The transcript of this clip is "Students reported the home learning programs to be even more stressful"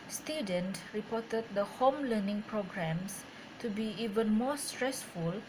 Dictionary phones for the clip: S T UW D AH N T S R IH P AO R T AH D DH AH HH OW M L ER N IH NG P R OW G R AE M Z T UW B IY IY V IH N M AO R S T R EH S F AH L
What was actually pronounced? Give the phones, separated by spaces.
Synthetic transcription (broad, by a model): S T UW D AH N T R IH P AO T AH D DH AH HH OW M L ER N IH NG P R OW G R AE M S T UW B IY IY V IH N M AO S T R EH S F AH L